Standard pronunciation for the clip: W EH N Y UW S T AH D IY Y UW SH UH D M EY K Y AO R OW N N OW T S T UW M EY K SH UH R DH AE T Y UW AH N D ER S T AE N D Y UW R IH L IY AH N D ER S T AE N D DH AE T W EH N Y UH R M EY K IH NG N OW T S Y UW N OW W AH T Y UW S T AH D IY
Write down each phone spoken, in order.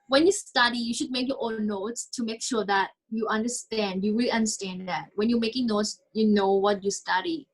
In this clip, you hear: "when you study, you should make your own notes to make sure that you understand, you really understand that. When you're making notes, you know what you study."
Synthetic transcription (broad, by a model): W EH N Y UW S T AH D IY Y UW SH UH D M EY K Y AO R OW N N OW T S T UW M EY K SH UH R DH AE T Y UW AH N D ER S T AE N D Y UW W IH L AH N D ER S T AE N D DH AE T W EH N Y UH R M EY K IH NG N OW T S Y UW N OW W AH T Y UW S T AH D IY